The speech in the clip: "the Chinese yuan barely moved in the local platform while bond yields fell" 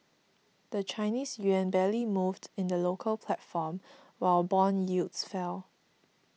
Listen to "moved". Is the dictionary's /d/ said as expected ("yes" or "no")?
yes